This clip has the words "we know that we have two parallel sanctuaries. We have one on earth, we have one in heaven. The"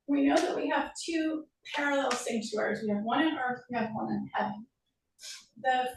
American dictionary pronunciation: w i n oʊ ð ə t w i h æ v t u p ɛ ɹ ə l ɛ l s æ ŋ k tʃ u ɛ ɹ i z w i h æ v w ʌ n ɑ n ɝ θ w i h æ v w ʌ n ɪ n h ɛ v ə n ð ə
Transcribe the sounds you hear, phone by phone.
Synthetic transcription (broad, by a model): w i n oʊ ð ə t w i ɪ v t u p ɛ ɹ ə l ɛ l s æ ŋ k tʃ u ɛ ɹ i z w i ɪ v w ʌ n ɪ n ɝ θ w i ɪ v w ʌ n ɪ n h ɛ v ə n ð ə